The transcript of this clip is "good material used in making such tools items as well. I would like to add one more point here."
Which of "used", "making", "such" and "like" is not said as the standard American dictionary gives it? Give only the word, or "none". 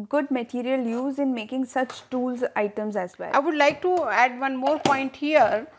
used